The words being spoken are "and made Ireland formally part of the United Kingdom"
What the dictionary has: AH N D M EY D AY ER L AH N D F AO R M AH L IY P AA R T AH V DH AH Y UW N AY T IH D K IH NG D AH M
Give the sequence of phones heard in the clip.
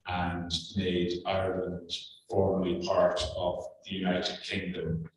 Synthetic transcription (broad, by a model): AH N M EY D AY ER L AH N D F AO R M AH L IY P AA R T AH V DH AH Y UW N AY T IH D K IH NG D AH M